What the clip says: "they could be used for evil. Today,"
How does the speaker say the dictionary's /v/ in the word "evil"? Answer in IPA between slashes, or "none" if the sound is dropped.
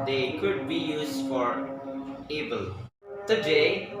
/b/